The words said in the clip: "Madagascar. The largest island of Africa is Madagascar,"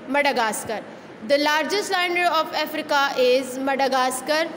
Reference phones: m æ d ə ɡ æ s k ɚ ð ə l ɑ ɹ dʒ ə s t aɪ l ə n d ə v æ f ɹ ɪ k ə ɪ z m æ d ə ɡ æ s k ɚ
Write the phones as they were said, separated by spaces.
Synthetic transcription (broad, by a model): m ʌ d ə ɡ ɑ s k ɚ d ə l ɑ ɹ dʒ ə s t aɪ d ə d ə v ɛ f ɹ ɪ k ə ɪ z m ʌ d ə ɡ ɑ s k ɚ